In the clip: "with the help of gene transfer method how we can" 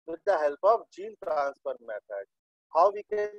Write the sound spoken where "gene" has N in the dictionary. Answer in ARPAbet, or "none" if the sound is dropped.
L